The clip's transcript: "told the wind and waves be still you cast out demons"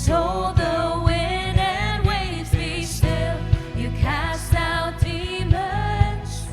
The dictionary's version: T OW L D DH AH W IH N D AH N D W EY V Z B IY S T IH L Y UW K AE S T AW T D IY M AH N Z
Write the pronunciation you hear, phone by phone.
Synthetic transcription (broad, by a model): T OW L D DH AH W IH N AH N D W EY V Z B IY S T IH L Y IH K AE S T AW T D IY M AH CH